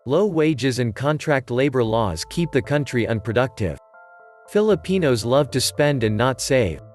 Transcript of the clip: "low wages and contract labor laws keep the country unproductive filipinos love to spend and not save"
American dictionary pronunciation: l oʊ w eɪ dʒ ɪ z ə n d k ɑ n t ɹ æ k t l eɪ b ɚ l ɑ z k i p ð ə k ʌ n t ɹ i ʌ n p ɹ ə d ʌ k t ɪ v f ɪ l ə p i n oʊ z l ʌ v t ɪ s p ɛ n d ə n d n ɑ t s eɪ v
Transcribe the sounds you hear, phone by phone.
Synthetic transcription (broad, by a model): l oʊ w eɪ dʒ ɪ z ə n k ɑ n t ɹ æ k t l eɪ b ɚ l ɑ z k i p ð ə k ʌ n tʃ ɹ i ʌ n p ɹ ə d ʌ k t ɪ v f ɪ l ə p i n oʊ z l ʌ v t ɪ s p ɛ n d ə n n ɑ t s eɪ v